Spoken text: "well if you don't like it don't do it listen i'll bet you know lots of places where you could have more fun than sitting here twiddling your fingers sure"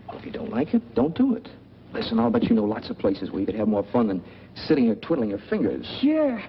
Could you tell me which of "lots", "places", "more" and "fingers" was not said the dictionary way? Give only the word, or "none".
none